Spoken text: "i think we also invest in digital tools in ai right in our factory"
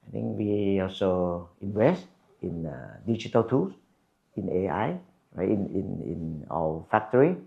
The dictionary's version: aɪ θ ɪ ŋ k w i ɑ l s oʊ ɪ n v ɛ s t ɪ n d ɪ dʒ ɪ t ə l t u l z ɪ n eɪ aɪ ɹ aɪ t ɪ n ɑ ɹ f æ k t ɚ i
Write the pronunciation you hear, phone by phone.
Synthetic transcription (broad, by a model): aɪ t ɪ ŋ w i ɑ l s oʊ ɪ n v ɛ s t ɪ n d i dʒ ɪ t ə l t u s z ɪ n eɪ aɪ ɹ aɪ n ɪ n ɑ l f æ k t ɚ i